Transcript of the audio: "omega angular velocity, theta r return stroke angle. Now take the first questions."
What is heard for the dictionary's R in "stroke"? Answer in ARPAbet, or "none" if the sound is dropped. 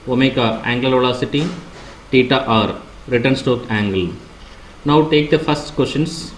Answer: none